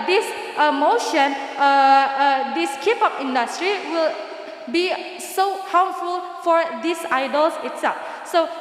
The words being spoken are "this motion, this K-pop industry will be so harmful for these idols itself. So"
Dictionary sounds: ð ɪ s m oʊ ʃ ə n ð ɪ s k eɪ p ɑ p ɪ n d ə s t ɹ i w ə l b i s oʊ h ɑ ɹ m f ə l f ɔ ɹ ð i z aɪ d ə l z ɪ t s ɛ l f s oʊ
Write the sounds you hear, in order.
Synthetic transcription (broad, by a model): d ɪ s m oʊ ʃ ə n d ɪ s k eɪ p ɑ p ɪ n d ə s t ɹ i w ə l b i s oʊ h ɑ w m f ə l f ɔ ɹ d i s aɪ d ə l s ɪ t s ɛ l f s oʊ